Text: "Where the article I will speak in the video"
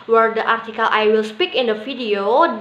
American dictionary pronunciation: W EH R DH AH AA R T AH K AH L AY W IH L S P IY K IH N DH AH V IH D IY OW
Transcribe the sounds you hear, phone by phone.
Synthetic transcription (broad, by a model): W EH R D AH AA R T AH K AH L AY W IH L S P IY K IH N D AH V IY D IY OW